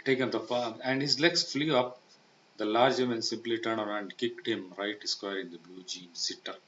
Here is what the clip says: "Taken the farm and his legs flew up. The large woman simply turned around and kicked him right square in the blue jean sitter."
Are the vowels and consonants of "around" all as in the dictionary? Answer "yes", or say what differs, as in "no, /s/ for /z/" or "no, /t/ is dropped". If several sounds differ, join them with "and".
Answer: no, /n/ is dropped